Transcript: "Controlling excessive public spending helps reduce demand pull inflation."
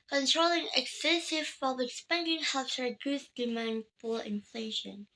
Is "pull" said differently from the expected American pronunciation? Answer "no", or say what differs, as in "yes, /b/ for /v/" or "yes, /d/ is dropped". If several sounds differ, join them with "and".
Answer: yes, /f/ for /p/